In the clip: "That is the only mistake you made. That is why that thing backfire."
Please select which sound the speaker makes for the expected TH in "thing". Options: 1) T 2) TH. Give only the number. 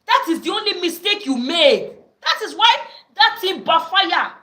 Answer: 1